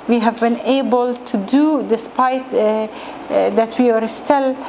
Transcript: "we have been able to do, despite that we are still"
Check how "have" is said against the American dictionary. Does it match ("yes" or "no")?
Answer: yes